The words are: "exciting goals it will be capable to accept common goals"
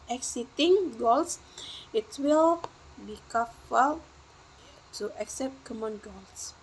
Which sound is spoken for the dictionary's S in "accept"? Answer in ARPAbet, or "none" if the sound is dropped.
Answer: S